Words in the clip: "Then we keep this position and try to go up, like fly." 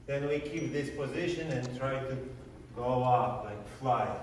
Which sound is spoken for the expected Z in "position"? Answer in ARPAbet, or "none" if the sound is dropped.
Z